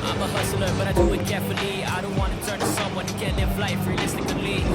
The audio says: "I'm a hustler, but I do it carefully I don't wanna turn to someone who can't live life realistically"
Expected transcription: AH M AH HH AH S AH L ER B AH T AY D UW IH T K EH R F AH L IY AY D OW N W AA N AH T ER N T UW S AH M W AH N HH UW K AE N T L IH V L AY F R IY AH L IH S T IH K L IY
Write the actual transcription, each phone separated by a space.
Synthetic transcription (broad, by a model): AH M AH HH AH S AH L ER B AH T AY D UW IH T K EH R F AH L IY AY D OW N W AA N AH T ER N T UW S AH M W AH N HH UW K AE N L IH F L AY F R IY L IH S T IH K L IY